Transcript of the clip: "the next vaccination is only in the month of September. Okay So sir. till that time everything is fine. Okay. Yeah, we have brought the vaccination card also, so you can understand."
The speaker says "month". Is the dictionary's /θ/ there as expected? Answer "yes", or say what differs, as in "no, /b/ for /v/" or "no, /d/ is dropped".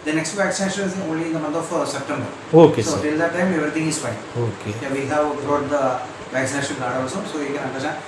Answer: no, /t/ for /θ/